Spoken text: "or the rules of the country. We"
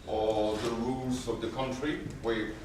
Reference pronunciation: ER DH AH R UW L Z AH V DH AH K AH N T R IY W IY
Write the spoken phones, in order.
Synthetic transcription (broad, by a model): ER DH AH R UW L Z AH V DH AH K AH N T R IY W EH